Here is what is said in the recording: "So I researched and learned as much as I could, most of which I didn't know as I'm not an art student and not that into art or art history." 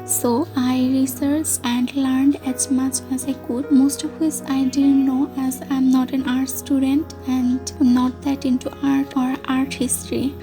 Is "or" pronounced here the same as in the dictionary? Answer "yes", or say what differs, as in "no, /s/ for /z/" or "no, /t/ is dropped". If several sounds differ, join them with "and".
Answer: yes